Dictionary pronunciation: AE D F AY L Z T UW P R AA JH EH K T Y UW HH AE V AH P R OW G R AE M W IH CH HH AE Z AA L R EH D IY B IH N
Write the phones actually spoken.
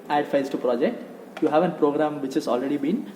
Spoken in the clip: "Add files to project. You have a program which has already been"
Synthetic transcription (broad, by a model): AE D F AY Z T UW P R AA JH EH K T Y UW HH AE V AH P R OW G R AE M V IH CH HH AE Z AA L R EH D IY B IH N